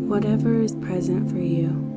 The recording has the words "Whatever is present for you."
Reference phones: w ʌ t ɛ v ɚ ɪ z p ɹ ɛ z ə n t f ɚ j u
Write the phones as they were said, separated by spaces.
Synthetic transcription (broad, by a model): w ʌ t ɛ v ɚ ɪ z p ɹ ɛ z ə n t f ɚ j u